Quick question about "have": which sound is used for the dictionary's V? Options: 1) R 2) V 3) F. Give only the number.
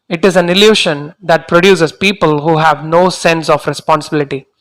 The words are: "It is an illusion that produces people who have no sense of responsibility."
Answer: 2